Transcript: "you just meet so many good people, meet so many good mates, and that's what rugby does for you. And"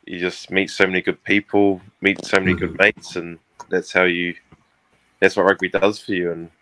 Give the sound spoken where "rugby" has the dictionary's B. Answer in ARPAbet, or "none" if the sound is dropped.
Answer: none